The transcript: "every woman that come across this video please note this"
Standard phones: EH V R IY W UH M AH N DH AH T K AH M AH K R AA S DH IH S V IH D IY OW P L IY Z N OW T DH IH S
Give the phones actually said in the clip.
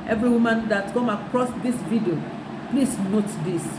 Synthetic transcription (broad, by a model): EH V R IY W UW M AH N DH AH T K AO M AH K R AA S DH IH S V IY D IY OW P L IY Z N OW T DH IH S